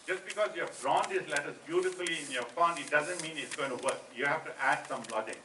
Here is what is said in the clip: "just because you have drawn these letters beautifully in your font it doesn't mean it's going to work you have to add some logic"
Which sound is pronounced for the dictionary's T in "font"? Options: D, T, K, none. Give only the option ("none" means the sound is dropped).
none